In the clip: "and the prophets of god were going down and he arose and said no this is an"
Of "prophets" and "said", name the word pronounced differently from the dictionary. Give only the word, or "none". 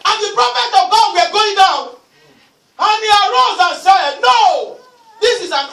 prophets